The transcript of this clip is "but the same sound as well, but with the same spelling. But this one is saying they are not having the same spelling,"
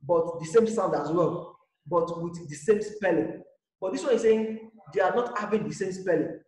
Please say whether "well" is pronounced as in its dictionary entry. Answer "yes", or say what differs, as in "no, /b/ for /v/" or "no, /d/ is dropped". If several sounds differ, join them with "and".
no, /n/ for /l/